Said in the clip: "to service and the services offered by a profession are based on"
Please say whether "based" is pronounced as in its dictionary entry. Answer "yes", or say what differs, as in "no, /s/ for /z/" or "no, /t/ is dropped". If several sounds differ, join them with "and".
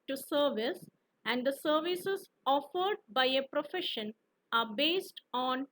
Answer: yes